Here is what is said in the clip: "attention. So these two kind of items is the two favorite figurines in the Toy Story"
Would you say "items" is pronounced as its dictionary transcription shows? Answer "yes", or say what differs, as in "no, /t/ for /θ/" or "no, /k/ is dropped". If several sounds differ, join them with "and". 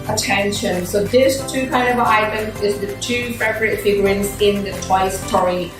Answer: no, /z/ is dropped